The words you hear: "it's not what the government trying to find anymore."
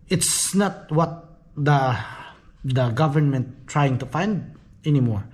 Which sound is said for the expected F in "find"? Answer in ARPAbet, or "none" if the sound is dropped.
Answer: F